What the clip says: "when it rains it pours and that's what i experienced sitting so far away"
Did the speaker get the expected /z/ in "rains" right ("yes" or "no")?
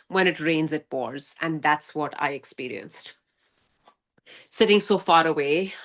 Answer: yes